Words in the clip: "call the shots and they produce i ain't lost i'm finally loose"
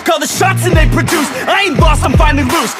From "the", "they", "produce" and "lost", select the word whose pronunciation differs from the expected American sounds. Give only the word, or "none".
lost